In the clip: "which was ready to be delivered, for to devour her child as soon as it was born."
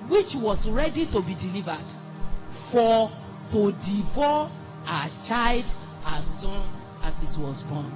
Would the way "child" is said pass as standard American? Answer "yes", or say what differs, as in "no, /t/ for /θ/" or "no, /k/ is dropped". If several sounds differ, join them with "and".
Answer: yes